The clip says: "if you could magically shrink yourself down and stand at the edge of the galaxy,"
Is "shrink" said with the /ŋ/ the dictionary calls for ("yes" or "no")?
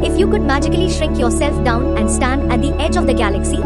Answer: no